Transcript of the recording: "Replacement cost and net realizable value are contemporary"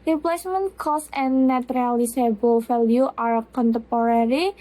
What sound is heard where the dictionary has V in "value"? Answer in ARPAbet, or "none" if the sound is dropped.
F